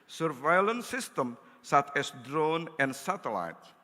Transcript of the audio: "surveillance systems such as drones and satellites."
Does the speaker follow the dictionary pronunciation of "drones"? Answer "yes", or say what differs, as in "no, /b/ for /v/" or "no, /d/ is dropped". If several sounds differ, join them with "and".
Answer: no, /z/ is dropped